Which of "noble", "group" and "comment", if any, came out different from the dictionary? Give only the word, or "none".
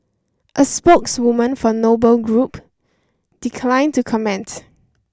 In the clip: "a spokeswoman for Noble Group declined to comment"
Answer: none